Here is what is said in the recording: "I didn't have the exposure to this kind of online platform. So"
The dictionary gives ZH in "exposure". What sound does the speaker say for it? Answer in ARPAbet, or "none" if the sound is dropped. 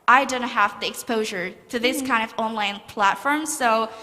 ZH